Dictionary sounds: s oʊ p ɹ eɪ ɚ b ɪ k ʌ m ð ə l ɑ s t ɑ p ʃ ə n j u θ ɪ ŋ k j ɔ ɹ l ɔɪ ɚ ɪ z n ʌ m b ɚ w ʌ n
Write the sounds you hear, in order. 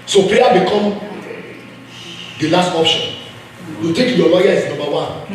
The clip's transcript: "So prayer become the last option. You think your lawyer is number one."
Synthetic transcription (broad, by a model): s oʊ p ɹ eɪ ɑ b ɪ k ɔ m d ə l ɑ s t ɑ p ʃ ə n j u t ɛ k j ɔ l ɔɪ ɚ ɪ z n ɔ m b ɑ w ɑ n